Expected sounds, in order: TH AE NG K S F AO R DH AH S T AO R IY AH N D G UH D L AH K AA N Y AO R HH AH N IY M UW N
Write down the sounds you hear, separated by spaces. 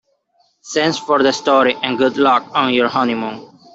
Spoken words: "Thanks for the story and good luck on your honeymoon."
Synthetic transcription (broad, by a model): S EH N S F AO R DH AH S T AO R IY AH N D G UH D L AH K AA N Y AO R HH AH N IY M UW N